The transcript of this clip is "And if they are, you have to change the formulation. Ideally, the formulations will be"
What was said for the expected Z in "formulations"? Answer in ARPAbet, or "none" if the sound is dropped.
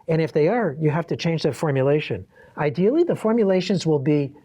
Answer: Z